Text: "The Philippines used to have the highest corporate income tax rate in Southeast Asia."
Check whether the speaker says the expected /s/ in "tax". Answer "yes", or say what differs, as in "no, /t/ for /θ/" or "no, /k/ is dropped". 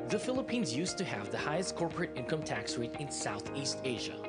yes